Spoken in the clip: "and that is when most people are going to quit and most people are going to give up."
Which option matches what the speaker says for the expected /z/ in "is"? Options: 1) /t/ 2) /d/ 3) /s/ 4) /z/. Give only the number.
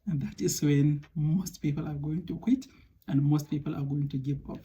3